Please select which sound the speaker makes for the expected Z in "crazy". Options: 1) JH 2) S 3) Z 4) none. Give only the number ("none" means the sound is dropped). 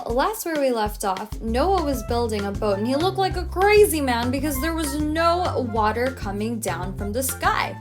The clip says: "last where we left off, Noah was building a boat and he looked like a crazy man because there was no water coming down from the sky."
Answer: 3